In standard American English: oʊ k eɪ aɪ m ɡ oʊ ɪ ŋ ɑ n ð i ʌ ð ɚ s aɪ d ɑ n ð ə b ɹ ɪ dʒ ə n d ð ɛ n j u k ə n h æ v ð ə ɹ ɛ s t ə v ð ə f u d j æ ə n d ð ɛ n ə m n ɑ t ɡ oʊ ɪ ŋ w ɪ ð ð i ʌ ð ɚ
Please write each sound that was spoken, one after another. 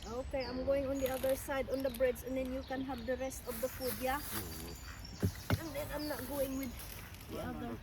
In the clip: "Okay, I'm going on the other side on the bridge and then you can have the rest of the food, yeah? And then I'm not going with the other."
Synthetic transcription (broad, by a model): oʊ k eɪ aɪ m ɡ oʊ ɪ ŋ ɑ n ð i ʌ ð ɚ s aɪ d ɑ n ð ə b ɹ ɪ z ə n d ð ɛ n j u k ə n h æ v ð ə ɹ ɛ s t ə v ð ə f u d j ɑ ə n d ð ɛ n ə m n ɑ t ɡ oʊ ɪ ŋ w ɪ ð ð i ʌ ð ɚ